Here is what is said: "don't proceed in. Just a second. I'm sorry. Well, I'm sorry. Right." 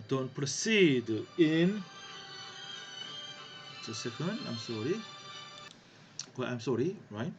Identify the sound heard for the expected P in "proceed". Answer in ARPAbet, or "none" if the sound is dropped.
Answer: P